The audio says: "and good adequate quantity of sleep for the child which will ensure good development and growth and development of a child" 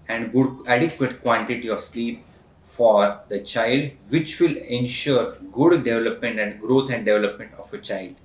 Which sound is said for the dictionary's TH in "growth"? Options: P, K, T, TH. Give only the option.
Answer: T